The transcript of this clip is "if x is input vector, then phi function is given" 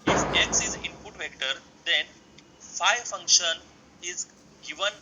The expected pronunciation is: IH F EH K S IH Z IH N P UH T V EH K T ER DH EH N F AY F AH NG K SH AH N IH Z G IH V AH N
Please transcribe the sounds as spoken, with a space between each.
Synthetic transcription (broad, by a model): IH F EH K S IH Z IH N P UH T V EH K T ER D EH N F AY F AH NG K SH AH N IH Z G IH V AH N